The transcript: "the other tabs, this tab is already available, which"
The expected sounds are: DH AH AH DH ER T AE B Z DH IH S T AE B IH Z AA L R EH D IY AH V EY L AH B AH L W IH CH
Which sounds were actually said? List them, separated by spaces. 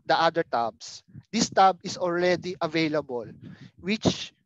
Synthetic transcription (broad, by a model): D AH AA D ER T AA B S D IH S T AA B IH S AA L R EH D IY AH V EY L AH B AH L W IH CH